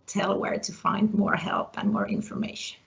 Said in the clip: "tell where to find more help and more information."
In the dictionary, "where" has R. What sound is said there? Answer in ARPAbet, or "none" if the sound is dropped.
R